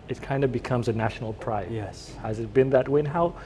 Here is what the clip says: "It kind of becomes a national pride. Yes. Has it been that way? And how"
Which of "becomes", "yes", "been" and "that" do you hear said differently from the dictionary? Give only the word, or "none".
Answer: none